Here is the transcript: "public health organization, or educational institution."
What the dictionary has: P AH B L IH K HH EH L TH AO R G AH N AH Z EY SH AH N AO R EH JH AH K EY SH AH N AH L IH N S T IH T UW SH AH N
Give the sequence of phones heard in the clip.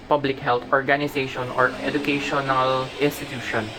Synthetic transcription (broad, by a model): P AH B L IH K HH EH L T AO R G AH N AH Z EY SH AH N AO R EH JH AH K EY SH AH N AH L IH N S T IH T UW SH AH N